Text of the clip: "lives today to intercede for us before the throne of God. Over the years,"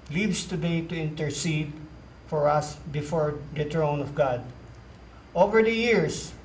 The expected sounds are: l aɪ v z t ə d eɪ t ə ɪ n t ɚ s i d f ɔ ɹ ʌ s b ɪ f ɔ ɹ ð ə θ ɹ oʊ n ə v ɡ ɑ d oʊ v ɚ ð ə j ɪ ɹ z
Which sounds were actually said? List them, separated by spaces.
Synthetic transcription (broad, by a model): l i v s t ə d eɪ t ə ɪ n t ɚ s i d f ɔ ɹ ʌ s b ɪ f ɔ ɹ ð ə t ɹ oʊ n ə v ɡ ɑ d oʊ v ɚ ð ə j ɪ ɹ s